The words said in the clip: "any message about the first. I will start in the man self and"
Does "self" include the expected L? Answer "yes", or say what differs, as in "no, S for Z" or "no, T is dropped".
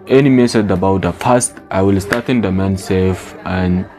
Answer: no, L is dropped